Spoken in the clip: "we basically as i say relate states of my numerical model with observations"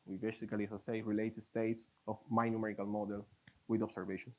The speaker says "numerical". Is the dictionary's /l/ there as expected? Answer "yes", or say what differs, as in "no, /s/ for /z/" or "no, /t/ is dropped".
yes